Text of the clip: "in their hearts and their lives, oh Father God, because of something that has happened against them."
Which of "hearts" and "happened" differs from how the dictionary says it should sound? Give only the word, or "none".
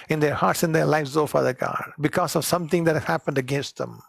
none